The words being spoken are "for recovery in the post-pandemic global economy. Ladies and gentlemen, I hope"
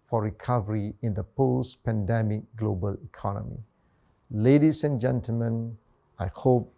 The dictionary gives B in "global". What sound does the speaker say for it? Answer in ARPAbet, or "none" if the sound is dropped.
B